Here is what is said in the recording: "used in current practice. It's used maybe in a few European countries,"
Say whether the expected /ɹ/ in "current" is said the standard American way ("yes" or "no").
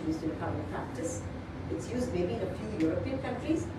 no